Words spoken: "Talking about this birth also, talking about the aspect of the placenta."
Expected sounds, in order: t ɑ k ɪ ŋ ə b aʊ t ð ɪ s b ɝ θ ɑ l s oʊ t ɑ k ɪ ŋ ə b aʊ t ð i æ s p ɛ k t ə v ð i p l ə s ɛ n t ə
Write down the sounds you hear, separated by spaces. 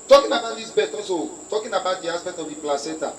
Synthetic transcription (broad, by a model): t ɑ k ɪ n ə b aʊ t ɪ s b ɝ t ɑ s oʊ t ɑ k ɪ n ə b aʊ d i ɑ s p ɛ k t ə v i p l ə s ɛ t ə